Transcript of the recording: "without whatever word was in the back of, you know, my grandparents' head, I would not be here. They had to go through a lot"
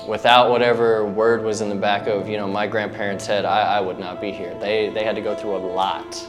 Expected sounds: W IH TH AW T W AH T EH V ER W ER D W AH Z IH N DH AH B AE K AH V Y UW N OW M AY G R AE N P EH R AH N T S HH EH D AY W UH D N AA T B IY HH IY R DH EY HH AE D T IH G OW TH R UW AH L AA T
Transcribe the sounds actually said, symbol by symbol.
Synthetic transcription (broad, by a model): W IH TH AW T W AH T EH V ER W ER D W AH Z IH N DH AH B AE K AH V Y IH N OW M AY G R AE N P EH R AH N T S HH EH D AY W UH D N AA T B IY HH IY R DH EY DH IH D T IH G OW TH R UW AH L AA T